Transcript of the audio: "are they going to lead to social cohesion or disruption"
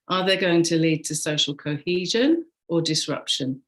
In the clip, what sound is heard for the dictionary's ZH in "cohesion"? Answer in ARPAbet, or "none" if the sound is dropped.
ZH